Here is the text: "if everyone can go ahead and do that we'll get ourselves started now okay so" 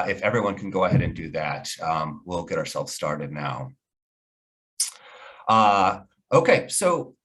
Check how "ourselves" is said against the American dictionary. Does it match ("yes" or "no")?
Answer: yes